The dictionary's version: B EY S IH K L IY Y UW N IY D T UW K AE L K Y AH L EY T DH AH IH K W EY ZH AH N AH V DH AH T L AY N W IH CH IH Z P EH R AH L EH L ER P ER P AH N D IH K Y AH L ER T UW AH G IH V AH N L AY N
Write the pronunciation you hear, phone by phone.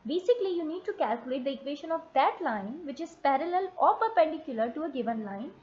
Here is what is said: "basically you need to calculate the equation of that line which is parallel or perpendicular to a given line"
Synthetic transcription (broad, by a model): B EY S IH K L IY Y UW N IY D T UW K AE L K Y AH L EY T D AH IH K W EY SH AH N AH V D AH T L AY N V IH CH IH Z P EH R AH L EH L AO P ER P AH N D IH K Y AH L ER T UW AH G IH V AH N L AY N